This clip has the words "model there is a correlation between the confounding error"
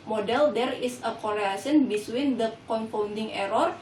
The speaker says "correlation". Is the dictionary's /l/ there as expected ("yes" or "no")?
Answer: no